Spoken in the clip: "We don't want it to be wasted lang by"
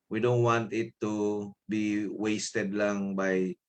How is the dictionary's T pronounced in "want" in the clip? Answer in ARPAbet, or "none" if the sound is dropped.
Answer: T